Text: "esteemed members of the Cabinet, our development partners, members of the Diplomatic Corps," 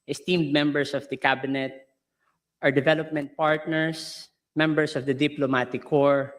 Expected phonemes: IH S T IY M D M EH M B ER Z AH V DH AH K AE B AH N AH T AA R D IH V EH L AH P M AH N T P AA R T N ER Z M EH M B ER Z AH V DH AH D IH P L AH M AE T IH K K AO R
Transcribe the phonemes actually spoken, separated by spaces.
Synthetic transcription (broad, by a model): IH S T IY M D M EH M B ER S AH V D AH K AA B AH N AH T AA R D IH V EH L AH P M AH N T P AA R T N ER S M EH M B ER S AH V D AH D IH P L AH M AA T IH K K AO R